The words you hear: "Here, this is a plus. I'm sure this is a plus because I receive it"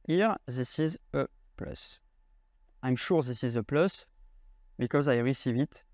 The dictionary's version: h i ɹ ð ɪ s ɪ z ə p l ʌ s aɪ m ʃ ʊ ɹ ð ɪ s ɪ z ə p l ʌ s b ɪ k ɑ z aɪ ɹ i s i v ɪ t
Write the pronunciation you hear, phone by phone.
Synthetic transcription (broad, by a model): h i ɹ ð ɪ s ɪ z ə p l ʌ s aɪ m ʃ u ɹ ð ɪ s ɪ z ə p l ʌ s b ɪ k ɑ z aɪ ɹ i s i v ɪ t